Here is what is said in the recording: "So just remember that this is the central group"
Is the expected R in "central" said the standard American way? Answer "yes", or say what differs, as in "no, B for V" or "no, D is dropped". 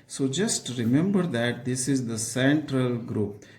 yes